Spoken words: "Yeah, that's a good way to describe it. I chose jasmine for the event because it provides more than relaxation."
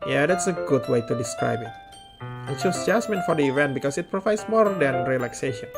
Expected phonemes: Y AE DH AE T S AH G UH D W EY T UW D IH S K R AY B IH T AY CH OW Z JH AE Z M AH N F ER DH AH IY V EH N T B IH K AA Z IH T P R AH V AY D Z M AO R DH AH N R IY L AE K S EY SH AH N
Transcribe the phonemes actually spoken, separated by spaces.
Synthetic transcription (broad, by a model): Y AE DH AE T S AH G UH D W EY T UW D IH S K R AY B IH T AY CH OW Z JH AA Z M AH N F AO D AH IY V EH N T B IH K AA S IH T P R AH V AY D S M AO R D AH N R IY L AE K S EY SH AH N